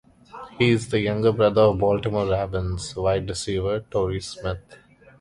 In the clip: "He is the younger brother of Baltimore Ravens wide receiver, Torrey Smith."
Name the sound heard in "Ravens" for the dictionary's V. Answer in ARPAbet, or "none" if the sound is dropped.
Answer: B